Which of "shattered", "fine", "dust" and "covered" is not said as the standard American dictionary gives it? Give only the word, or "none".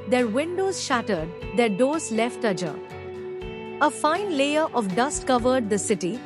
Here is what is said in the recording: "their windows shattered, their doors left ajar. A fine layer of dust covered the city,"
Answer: none